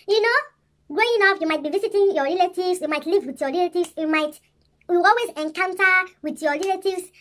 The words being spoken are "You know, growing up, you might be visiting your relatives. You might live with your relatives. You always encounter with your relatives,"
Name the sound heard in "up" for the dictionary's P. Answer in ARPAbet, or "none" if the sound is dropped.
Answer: F